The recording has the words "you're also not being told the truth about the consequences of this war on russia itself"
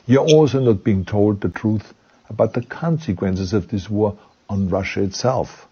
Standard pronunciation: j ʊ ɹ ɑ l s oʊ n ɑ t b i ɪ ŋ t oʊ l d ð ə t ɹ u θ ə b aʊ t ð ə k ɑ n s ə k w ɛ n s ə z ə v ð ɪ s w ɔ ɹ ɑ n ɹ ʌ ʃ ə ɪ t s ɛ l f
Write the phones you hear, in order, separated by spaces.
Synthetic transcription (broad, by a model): j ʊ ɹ ɑ l s oʊ n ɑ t b i ɪ ŋ t oʊ l d ð ə t ɹ u θ ə b aʊ t ð ə k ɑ n s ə k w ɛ n s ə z ə v ð ɪ s w ɔ ɹ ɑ n ɹ ʌ ʃ ə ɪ t s ɛ l f